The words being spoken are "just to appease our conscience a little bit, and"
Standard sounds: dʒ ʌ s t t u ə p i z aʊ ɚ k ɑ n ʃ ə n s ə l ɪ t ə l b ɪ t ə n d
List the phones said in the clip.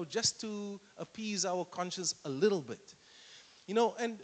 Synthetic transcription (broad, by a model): dʒ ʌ s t t u ə p i z aʊ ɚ k ɑ n ʃ ə n s ə l ɪ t l b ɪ t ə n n